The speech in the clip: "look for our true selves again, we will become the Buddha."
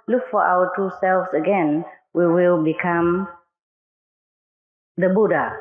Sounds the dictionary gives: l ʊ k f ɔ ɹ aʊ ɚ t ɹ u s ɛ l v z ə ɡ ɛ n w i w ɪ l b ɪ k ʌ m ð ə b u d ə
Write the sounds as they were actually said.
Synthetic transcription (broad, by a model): l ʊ k f ɔ ɹ aʊ ɚ t u s ɛ l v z ə ɡ ɛ n w i w ɪ l b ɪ k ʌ m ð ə b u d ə